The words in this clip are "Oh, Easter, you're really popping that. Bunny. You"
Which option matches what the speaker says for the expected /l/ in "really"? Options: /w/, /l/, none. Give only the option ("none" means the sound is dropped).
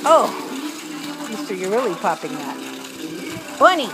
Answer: /l/